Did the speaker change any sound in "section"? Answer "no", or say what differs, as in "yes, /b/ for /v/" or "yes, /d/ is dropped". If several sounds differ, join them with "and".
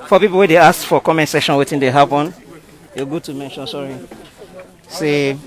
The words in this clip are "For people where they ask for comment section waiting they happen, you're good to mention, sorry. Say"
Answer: yes, /k/ is dropped